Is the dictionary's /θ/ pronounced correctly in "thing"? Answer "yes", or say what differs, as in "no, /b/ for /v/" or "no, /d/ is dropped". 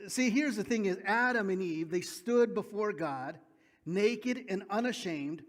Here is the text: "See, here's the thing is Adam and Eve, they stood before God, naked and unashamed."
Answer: yes